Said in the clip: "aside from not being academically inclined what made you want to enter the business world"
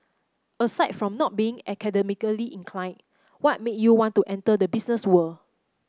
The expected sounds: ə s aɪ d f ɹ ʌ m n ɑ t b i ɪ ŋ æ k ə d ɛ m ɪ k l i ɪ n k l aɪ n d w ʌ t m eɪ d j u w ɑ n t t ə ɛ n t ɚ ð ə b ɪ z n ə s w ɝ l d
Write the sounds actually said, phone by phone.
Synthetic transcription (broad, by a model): ə s aɪ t f ɹ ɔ m n ɑ t b i ɪ ŋ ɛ k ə d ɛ m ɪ k l i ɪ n k l aɪ n w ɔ t m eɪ j u w ɑ n t t ɛ n t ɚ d ə b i s n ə s w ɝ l